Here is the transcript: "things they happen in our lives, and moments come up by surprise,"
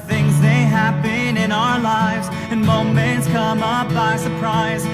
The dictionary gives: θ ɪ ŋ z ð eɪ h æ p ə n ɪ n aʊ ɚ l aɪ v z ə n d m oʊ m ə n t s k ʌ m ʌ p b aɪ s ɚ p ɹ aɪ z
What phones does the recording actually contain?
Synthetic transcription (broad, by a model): θ ɪ ŋ z ð eɪ h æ b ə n ɪ n aʊ ɚ l aɪ v z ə n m oʊ m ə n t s k ʌ m ʌ p b aɪ s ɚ p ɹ aɪ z